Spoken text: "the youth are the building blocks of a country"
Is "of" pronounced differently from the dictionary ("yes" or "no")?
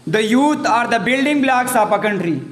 yes